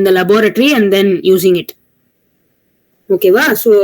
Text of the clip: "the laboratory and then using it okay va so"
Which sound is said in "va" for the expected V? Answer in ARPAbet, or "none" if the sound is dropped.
V